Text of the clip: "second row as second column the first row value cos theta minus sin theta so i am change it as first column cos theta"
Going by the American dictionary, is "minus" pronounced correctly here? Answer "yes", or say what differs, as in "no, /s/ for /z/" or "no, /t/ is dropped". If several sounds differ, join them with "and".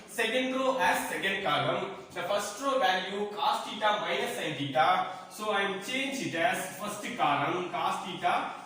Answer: no, /n/ is dropped